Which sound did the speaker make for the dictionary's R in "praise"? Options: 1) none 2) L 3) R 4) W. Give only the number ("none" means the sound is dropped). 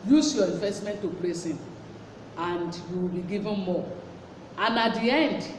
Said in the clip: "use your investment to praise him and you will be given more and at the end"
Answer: 2